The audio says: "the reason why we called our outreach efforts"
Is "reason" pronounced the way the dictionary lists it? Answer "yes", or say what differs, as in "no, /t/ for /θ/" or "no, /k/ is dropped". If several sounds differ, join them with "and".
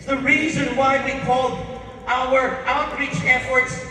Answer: yes